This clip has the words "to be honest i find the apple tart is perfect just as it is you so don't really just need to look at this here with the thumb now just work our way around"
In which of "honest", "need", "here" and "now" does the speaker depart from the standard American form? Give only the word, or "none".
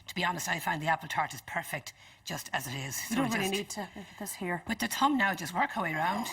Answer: none